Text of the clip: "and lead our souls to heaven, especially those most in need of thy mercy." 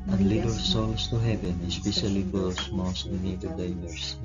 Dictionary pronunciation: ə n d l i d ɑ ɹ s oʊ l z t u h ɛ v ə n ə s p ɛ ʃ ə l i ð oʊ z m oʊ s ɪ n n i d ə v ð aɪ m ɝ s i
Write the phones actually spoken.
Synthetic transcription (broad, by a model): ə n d l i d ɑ l s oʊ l s t u h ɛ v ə n ə s p ɛ ʃ ə l i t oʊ s m oʊ s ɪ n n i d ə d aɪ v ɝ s